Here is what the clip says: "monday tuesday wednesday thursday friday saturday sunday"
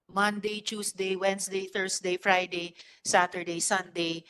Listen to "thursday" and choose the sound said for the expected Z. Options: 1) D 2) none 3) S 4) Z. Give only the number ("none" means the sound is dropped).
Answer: 3